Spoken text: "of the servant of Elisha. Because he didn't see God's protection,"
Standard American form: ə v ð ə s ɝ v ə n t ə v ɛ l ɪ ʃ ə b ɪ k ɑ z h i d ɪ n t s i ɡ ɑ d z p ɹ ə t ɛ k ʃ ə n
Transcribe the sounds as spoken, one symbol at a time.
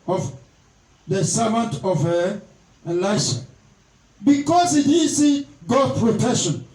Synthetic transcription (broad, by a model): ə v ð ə s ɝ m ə n t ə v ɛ l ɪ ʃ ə b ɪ k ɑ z h i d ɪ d s i ɡ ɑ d p ɹ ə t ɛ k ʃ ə n